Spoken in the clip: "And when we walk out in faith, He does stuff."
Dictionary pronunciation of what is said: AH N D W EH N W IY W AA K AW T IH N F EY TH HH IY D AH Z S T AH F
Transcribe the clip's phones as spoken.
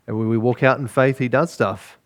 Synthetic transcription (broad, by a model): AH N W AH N W IY W AA K AW T N F EY TH HH IY D AH Z S T AH F